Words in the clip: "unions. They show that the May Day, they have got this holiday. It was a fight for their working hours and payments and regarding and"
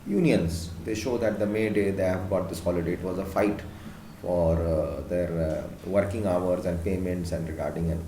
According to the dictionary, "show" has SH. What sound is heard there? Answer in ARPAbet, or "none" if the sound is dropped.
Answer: SH